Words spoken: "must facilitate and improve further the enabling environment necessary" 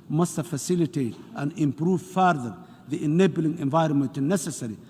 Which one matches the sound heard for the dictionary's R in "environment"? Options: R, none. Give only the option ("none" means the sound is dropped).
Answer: R